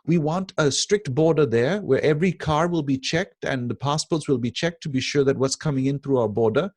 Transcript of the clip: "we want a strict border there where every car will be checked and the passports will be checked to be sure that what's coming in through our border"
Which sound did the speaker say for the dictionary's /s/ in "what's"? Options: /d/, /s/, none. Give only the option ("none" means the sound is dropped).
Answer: /s/